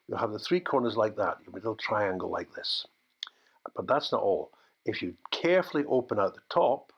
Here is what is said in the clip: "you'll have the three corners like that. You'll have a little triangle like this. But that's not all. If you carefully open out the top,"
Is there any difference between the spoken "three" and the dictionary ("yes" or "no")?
no